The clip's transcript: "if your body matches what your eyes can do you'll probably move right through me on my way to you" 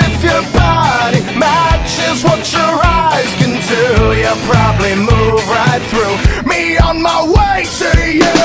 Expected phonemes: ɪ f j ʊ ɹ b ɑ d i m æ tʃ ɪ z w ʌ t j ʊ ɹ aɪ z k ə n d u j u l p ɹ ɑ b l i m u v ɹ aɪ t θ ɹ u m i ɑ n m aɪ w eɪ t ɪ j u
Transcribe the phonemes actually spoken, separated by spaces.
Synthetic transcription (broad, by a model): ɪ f j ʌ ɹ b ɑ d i m æ tʃ ɪ z w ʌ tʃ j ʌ ɹ aɪ z k ə n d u j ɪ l p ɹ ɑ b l i m u v ɹ aɪ t θ ɹ u m i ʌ n m aɪ w eɪ t ɪ j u